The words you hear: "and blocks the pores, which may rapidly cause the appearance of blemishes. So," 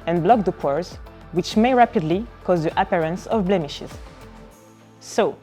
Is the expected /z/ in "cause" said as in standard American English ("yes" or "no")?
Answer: yes